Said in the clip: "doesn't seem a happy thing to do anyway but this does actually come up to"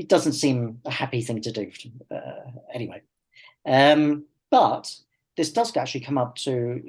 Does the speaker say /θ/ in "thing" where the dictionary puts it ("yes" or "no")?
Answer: yes